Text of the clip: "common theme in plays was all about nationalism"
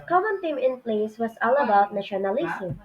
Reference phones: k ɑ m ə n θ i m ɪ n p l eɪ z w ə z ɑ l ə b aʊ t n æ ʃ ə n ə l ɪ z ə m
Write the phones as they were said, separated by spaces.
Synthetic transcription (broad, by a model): k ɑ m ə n t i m ɪ n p l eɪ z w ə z ɑ l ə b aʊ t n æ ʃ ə n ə l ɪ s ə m